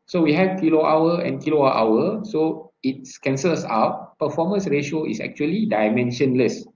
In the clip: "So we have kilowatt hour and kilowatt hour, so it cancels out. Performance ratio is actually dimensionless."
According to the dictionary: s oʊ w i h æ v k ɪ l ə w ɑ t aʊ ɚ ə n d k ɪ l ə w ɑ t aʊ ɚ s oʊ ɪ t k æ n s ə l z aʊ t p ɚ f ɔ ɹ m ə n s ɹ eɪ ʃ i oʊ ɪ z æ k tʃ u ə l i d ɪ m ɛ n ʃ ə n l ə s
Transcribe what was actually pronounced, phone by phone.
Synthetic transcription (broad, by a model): s oʊ w i h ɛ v k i l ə ɑ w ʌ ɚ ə n k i l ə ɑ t aʊ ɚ s oʊ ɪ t k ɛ n s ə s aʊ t p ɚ f ɔ m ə n s ɹ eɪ ʃ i oʊ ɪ s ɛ k tʃ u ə l i d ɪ m ɛ n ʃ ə n l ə s